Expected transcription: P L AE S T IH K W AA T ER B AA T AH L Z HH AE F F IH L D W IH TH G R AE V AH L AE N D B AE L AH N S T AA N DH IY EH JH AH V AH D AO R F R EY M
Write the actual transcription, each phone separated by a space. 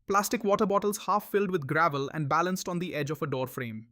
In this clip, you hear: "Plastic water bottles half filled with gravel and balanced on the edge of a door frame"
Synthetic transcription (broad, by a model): P L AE S T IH K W AA T ER B AA T AH L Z HH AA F F IH L D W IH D G R AE V AH L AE N D B AE L AH N S T AA N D IY EH JH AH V AH D AO R F R EY M